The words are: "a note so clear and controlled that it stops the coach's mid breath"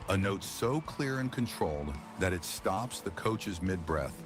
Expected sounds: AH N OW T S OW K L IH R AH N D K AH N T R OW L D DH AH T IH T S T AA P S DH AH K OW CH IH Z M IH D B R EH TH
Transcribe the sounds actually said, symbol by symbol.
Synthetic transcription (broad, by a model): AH N OW T S OW K L IH R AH N K AH N T R OW L D DH AH T IH T S T AA P S DH AH K OW CH IH Z M IH D B R EH TH